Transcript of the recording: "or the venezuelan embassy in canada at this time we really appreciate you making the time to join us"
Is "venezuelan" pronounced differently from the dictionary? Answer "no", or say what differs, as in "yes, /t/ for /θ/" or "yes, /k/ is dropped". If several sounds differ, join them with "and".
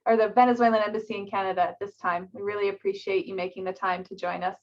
no